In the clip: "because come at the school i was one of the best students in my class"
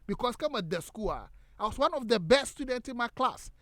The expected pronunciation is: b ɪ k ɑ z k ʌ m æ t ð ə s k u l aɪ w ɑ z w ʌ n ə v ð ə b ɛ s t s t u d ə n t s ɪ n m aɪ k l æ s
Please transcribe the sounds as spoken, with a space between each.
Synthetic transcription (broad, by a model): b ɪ k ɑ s k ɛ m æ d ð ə s k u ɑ aɪ w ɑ s w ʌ n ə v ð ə b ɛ s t s t u d ə n t s ɪ n m aɪ k l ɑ s